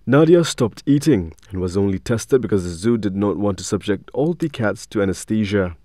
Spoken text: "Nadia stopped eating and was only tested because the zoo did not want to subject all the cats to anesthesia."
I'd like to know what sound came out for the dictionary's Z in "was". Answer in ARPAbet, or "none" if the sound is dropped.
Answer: Z